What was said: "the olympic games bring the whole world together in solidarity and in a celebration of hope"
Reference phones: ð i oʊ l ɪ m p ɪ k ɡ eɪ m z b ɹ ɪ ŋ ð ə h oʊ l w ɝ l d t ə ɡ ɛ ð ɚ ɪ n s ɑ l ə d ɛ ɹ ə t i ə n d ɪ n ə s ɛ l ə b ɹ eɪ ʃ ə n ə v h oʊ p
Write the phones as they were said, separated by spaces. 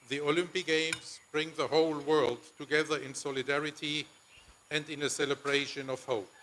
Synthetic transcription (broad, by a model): ð i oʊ l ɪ m p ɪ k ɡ eɪ m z b ɹ ɪ ŋ ð ə h oʊ l w ɝ l d t ə ɡ ɛ ð ɚ ɪ n s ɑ l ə d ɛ ɹ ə t i ə n d ɪ n ə s ɛ l ə b ɹ eɪ ʃ ə n ə v h oʊ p